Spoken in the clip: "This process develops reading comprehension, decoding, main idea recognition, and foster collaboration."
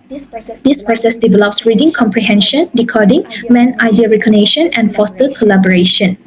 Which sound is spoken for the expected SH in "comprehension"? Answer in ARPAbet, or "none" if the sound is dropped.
SH